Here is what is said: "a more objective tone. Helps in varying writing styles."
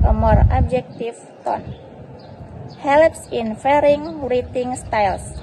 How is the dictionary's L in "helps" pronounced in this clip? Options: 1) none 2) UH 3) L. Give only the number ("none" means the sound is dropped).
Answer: 3